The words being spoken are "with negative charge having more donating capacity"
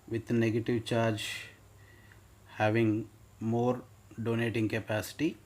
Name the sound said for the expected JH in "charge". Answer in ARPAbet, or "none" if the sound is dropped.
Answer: JH